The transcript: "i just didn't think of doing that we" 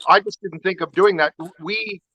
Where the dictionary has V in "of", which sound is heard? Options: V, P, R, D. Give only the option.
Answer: V